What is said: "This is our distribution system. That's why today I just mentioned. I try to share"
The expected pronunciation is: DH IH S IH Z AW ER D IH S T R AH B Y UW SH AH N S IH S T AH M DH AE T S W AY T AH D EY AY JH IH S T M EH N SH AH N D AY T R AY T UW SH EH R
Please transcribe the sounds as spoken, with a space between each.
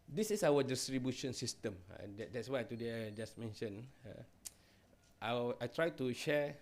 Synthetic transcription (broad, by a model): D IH S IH S AW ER D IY S T R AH B Y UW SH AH N S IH S T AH M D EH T S W AY T AH D EY AY JH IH S M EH N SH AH N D AY T R AY T UW SH EH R